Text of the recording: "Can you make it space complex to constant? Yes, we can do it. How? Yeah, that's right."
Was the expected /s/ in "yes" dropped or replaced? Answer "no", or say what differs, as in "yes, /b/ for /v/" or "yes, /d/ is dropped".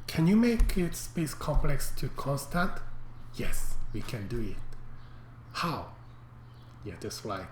no